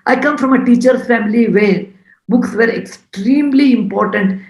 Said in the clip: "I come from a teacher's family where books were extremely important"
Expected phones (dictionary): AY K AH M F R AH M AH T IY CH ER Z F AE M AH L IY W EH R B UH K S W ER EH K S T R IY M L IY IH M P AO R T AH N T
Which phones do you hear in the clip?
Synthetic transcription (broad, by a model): AY K AH M F R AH M AH T IY CH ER F AE M AH L IY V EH R B UH K S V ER EH K S T R IY M L IY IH M P AO R T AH N T